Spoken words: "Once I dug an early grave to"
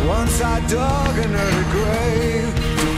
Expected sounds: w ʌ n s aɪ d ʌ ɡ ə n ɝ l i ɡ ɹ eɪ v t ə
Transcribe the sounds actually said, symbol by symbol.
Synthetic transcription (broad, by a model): w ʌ n s aɪ d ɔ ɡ ə n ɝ i ɡ ɹ eɪ v